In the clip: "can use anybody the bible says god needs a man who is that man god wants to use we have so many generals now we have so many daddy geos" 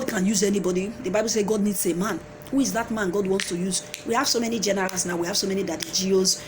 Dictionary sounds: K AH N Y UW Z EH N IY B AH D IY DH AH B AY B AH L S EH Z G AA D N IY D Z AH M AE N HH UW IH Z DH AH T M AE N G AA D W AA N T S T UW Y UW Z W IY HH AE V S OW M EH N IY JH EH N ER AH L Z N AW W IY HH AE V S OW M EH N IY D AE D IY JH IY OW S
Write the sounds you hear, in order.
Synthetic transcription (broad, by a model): K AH N Y UW Z EH N IY B AH D IY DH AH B AY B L S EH G AA D N IY D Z AH M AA N HH UW IH Z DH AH T M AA N G AA D W AA N T S T UW Y UW Z W IY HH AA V S OW M EH N IY JH EH N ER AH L S N AW W IY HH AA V S OW M EH N IY D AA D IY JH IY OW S